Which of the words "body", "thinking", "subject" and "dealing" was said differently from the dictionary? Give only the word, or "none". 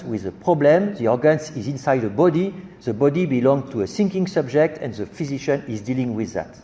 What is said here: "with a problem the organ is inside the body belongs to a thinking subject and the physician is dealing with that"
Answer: thinking